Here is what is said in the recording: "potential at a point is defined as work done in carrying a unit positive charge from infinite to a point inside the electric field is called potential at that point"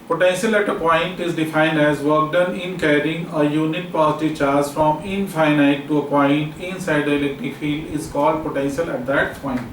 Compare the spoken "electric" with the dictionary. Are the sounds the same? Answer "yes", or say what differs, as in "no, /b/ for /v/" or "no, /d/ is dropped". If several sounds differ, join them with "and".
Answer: no, /ɹ/ is dropped